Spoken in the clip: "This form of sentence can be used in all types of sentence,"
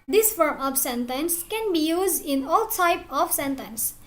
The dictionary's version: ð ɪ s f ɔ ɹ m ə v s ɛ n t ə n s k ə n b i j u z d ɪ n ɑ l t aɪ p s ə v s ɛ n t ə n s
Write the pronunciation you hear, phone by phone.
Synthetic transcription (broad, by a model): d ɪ s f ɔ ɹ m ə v s ɛ n t ə n s k ə n b i j u z d ɪ n ɑ l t aɪ p ə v s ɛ n t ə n s